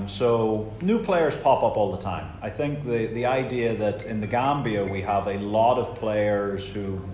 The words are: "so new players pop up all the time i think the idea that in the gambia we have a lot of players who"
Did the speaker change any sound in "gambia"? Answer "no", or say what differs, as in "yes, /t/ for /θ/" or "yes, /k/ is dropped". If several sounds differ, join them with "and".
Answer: no